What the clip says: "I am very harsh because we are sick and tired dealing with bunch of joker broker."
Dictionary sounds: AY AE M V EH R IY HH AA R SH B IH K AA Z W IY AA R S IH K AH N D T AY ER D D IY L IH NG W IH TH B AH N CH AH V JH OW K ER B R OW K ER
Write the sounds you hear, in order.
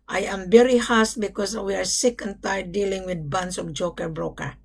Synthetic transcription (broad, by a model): AY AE M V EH R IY HH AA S B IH K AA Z W IY AA R S IH K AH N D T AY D D IY L IH NG W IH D B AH N S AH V JH OW K ER B R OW K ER